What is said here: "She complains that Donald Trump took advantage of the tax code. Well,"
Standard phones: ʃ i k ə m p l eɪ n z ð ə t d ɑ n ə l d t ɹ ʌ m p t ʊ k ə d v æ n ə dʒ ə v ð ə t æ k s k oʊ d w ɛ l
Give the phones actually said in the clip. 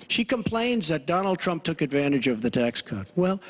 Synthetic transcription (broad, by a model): ʃ i k ə m p l eɪ n z ð ə t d ɑ n l d t ɹ ʌ m p t ʊ k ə d v æ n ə dʒ ə v ð ə t æ k s k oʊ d w ɛ l